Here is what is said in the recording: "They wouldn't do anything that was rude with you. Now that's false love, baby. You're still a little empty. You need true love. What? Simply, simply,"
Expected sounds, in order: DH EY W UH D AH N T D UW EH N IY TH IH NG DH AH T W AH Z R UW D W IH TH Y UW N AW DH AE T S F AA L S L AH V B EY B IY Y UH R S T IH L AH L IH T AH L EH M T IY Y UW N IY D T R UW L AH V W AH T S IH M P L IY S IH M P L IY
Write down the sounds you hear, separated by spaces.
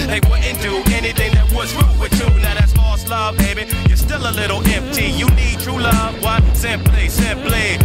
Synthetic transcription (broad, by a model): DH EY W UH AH N T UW EH N IY TH IH NG DH AH T W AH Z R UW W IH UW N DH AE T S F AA S L AH V B EY B IY Y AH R S T IH L AH L IH T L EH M T IY Y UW N IY D T R UW L AH V W AH T S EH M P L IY S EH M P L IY